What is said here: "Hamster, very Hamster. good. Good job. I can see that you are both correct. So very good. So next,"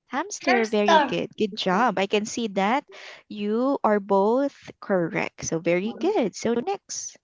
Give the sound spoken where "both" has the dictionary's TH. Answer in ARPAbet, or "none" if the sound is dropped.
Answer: TH